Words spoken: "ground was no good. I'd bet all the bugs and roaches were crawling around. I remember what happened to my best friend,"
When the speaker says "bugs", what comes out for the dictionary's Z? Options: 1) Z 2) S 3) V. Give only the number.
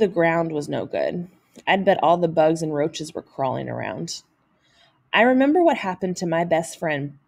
1